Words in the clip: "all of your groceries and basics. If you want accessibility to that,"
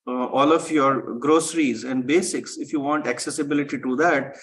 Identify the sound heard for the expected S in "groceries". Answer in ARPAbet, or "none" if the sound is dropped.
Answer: S